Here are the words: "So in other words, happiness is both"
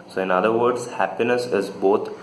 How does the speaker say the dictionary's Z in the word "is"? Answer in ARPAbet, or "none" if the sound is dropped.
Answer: Z